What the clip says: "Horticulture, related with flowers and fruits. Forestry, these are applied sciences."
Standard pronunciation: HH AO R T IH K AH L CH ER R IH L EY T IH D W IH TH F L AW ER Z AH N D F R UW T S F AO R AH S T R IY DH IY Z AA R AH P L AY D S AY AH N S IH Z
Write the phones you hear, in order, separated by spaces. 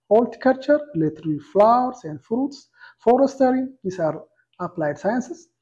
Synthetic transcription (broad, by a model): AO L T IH K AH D CH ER R L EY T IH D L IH F L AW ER S AH N D F R UW T S F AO R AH S T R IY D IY S AA R AH P L AY D S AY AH N S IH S